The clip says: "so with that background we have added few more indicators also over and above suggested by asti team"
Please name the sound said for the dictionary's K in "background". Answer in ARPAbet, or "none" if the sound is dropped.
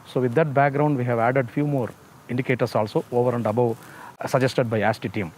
K